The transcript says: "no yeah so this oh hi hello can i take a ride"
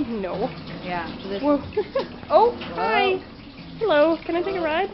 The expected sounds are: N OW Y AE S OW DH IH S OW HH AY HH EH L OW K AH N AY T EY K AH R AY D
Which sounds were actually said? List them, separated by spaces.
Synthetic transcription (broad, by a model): N OW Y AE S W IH OW HH AY HH EH L OW K AH N AY T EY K AH R AY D